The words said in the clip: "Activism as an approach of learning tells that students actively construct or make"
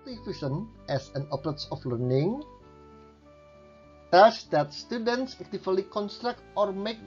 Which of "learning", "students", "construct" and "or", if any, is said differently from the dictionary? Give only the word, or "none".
none